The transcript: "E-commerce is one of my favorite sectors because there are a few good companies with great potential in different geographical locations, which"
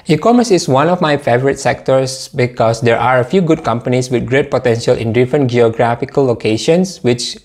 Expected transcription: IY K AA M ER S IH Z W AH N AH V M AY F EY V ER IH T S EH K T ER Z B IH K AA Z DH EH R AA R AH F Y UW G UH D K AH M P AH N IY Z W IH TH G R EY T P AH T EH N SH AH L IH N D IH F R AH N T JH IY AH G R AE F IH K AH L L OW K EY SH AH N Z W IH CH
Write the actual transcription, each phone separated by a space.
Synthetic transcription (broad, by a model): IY K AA M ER S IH S W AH N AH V M AY F EY V ER IH T S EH K T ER S B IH K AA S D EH R AA R AH F Y UW G UH D K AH M P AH N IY S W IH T G R EY T P AH T EH N SH AH L IH N D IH F R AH N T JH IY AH G R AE F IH K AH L L OW K EY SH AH N S W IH CH